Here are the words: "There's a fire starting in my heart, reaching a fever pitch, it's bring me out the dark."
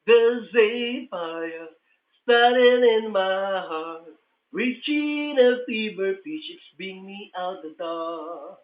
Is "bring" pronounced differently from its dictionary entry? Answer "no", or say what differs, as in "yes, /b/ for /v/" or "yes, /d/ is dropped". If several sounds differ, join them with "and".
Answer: yes, /ɹ/ is dropped